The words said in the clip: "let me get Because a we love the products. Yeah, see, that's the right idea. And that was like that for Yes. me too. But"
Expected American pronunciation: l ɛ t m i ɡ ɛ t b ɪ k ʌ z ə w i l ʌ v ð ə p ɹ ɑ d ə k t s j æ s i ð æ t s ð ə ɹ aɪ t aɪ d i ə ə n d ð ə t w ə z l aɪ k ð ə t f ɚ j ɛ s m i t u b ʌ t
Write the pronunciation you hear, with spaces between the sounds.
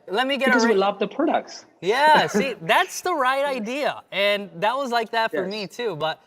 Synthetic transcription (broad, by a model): l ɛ t m i ɡ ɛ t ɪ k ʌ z w i l ʌ v ð ə p ɹ ɑ d ə k t s j æ s i ð æ t s ð ə ɹ aɪ t aɪ d i ə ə n ð ə t w ə z l aɪ k ð ə t f ɚ m i t u b ʌ t